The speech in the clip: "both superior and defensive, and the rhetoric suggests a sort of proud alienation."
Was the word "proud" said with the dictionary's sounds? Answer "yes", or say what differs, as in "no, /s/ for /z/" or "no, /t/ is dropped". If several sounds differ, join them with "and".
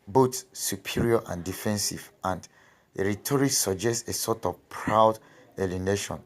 yes